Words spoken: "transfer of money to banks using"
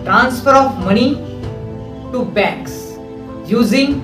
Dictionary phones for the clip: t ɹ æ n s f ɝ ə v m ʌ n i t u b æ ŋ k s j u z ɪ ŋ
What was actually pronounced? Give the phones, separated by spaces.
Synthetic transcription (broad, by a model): t ɹ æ n s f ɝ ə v m ʌ n i t u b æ k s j u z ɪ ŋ